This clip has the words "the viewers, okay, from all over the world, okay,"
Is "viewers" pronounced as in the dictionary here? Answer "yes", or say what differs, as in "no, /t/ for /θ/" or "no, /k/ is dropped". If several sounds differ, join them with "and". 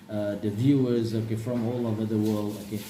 yes